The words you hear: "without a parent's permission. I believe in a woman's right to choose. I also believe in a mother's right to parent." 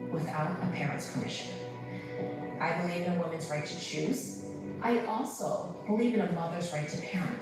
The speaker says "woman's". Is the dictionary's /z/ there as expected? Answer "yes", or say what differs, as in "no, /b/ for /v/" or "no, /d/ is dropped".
yes